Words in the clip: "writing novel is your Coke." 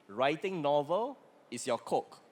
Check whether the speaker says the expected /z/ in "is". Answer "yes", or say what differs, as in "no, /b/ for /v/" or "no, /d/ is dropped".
no, /s/ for /z/